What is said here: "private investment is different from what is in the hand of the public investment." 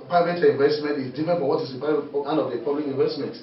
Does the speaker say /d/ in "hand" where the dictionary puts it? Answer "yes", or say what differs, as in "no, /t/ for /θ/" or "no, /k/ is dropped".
no, /d/ is dropped